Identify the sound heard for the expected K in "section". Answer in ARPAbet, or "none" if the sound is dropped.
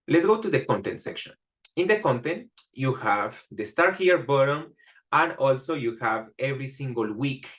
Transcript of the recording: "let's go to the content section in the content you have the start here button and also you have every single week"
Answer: K